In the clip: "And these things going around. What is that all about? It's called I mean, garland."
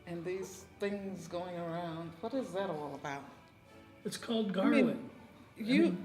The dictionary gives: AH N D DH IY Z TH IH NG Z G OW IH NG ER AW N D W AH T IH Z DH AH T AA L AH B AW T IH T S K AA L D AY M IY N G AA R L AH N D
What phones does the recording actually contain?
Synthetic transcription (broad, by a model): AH N DH IY Z TH IH NG Z G OW IH NG ER AW N D W AH T IH Z DH AH T AA L AH B AW T IH T S K AA L D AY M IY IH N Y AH